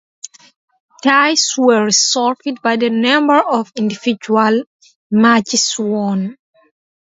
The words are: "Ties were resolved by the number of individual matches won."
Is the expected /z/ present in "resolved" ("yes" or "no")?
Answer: no